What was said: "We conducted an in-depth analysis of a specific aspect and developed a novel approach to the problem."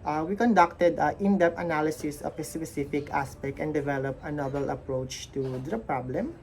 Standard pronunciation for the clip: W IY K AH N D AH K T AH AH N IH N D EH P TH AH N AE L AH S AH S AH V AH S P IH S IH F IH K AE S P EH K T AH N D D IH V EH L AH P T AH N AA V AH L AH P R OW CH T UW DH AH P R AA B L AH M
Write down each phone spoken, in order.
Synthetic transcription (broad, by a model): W IY K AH N D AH K T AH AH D IH N D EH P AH N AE L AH S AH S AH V AH S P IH S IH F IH K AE S P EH K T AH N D D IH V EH L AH P AH N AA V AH L AH P R OW CH T UW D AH P R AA B L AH M